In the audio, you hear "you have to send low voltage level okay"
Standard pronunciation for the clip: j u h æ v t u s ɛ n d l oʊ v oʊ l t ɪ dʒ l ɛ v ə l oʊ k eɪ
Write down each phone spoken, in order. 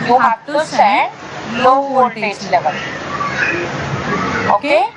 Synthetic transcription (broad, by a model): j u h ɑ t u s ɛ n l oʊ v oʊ t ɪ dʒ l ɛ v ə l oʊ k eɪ